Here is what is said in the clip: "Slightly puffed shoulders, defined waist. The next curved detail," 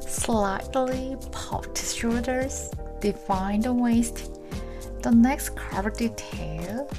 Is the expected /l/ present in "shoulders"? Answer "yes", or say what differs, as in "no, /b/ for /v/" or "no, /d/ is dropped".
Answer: no, /l/ is dropped